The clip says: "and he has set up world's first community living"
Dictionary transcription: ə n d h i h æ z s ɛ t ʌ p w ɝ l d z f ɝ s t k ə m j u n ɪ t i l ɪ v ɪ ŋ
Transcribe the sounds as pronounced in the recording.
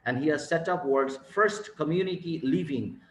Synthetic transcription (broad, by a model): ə n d h i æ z s ɛ t ʌ p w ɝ d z f ɝ s t k ə m j u n ɪ t i l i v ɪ ŋ